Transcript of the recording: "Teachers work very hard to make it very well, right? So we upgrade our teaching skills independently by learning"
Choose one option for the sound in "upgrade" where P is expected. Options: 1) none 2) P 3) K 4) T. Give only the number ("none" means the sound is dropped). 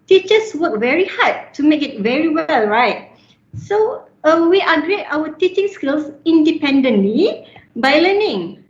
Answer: 1